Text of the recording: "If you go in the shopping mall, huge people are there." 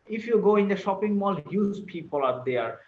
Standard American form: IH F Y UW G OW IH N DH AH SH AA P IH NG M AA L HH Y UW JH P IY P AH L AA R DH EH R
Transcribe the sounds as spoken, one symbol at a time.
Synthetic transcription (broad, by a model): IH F Y UW G OW IH N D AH SH AA P IH NG M AA L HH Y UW Z P IY P AH L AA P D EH R